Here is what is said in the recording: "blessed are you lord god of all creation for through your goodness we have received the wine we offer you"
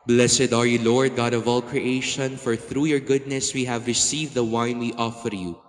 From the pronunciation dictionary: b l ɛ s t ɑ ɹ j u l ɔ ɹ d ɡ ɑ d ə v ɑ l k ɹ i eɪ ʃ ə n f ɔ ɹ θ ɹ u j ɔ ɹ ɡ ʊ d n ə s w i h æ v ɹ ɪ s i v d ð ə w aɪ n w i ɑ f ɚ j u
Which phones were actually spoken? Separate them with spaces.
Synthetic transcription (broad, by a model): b l ɛ s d ɑ ɹ j u l ɔ ɹ d ɡ ɑ d ə v ɑ l k ɹ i eɪ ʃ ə n f ɔ ɹ θ ɹ u j ɔ ɹ ɡ ʊ d n ə s w i h æ v ɹ ɪ s i v d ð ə w aɪ n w i ɑ f ɚ j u